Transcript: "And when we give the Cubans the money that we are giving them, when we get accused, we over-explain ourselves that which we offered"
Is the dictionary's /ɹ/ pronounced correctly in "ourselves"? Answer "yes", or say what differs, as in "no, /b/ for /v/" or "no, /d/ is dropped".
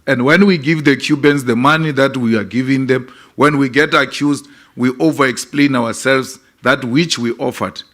no, /w/ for /ɹ/